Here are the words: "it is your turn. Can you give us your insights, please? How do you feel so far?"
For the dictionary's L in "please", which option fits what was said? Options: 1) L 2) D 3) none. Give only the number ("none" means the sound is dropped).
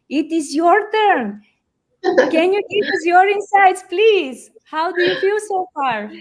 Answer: 1